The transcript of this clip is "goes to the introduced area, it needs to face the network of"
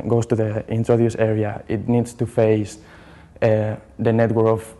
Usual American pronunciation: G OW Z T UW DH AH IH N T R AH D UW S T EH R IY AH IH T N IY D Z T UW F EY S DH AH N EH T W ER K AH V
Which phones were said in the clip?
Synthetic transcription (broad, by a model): G OW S T UW DH AH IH N T R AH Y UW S EH R IY AH IH T N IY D S T UW F EY S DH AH N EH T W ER AH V